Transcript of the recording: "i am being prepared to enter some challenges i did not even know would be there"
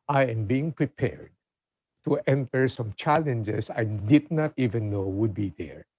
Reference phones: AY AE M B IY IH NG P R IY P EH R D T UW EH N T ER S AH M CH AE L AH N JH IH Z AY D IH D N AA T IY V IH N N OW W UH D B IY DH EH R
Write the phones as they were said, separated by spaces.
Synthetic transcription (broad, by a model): AY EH M B IY IH NG P R IY P EH R D T UW EH N T ER S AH M CH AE L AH N JH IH S AY D IH D N AA T IY V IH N N OW W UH D B IY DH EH R